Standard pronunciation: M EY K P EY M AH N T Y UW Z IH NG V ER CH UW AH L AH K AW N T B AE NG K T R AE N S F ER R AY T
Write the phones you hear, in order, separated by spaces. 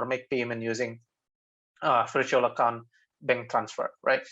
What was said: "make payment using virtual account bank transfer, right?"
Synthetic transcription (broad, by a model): M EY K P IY M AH N Y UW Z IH NG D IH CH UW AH L AH K AW N T B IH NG T R AE N S F ER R AY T